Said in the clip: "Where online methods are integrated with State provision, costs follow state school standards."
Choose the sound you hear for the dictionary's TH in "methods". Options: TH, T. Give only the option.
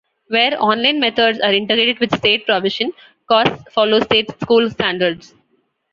T